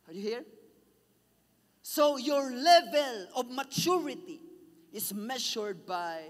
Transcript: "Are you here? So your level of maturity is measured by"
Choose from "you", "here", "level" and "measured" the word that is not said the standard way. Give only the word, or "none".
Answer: measured